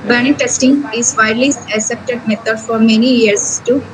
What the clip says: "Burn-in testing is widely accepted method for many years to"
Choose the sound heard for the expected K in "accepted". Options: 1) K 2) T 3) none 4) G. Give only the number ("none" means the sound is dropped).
3